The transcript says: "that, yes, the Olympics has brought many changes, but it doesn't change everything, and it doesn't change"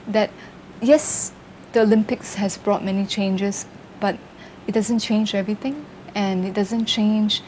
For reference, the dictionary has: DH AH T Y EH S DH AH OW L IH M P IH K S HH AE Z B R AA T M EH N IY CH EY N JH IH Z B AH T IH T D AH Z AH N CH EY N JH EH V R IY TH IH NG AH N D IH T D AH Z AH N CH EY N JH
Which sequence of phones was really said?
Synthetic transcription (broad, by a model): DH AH T Y EH S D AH OW L IH M P IH K S HH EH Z B R AA T M EH N IY CH EY N JH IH S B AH T IH T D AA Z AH N CH EY N JH EH V R IY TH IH NG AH N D IH T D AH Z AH N CH EY N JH